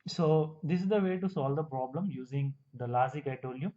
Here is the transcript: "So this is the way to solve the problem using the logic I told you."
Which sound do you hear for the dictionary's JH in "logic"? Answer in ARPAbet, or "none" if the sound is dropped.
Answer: Z